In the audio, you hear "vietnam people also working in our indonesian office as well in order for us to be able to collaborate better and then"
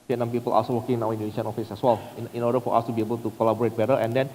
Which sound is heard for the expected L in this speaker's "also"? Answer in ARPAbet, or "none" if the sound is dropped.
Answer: none